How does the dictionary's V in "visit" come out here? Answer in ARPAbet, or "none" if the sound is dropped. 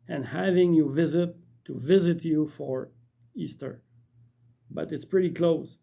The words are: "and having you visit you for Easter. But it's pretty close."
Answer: V